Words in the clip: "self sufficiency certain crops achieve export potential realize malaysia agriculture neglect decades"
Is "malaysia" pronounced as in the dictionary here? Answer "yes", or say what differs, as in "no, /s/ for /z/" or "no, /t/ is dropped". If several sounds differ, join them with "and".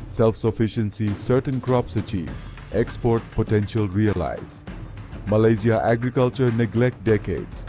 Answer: no, /z/ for /ʒ/